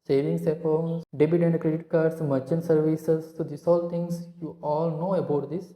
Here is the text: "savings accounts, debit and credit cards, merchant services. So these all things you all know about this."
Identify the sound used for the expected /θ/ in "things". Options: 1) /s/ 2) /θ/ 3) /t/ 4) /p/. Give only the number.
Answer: 3